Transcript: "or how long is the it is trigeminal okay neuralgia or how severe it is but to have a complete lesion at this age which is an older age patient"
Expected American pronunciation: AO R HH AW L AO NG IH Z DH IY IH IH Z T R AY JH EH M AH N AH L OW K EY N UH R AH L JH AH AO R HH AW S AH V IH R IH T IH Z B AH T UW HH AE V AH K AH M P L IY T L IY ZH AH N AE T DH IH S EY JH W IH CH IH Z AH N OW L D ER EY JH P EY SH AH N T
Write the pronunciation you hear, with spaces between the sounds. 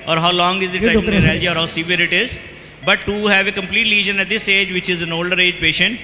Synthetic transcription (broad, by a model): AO R HH AW L AO NG IH Z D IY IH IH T AY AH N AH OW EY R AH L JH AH AO R HH AW S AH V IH R IH T IH Z B AH T UW HH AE V AH K AH M P L IY T L IY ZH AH N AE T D IH S EY JH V IH CH IH Z AH N OW L D ER EY JH P EY SH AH N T